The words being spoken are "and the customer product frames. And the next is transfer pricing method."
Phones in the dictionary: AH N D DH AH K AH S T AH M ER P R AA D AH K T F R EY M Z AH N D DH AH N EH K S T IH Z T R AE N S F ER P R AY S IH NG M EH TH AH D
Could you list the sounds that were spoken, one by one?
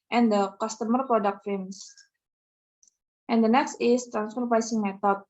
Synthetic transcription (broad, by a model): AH N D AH K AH S T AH M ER P R AA D AH K T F EY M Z AH N D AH N EH K S T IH S T R AE N S F ER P AY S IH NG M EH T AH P